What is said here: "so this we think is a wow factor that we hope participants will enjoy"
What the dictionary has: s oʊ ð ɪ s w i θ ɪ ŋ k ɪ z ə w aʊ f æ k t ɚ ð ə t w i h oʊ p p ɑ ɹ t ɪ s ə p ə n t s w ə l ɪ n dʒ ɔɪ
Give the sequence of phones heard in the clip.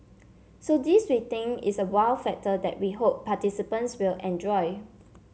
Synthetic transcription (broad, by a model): s oʊ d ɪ s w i t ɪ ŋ ɪ s ə w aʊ f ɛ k t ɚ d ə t w i h oʊ p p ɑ t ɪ s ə p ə n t s w ə l ɪ n dʒ ɔɪ